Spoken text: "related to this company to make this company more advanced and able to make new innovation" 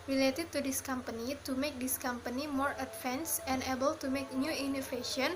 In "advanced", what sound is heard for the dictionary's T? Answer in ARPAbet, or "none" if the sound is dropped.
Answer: none